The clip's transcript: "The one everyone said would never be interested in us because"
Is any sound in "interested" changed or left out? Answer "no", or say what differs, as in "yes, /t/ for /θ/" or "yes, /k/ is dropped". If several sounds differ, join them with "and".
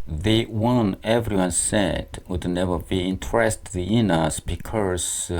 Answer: yes, /d/ is dropped